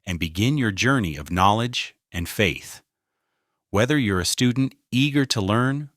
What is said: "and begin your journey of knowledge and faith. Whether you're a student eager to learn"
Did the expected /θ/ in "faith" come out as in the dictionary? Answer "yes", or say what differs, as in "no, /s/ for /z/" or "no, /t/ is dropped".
yes